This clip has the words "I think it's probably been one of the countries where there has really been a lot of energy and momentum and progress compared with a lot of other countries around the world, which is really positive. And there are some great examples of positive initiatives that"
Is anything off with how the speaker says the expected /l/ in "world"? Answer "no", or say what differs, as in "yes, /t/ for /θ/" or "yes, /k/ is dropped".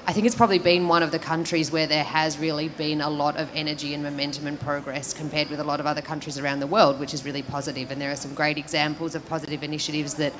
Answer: no